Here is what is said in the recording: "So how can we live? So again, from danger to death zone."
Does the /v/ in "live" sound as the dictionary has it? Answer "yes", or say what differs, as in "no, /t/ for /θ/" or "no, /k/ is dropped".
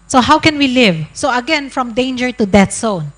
yes